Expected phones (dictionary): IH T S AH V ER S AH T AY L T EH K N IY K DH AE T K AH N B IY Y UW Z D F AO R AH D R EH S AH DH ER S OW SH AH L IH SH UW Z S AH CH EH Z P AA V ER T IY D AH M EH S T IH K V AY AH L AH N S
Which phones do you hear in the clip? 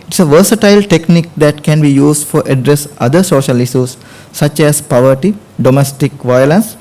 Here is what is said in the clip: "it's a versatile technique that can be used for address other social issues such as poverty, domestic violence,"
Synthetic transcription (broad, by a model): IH T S AH V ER S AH T AY L T EH K N IY K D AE T K AH N B IY Y UW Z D F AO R AH D R EH S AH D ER S OW SH AH L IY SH UW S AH CH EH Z P AA V ER T IY D AH M EH S T IH K V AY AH L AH N S